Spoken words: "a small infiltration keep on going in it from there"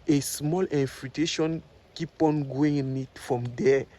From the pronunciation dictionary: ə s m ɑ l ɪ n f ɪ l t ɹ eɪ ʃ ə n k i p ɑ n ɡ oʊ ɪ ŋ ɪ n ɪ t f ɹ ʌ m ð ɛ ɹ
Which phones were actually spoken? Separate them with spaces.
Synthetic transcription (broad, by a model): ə s m ɑ l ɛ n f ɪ t eɪ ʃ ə n k i p ɑ n ɡ oʊ ɪ ŋ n ɪ t f ɹ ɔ m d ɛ